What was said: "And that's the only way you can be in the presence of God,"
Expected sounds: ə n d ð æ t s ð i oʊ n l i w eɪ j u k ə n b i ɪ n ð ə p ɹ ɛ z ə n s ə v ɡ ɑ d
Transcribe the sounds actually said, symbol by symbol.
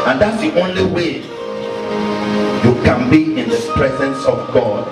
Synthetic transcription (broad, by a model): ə n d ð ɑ t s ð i oʊ n l i w eɪ j u k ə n b i ɪ n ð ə p ɹ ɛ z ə n s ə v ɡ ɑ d